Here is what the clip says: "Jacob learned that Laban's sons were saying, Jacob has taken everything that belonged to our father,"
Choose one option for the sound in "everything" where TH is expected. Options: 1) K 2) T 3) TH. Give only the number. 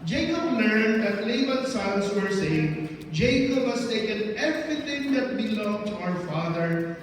2